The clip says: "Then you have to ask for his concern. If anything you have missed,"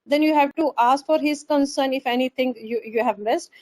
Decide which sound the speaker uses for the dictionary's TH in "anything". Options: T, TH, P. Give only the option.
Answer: T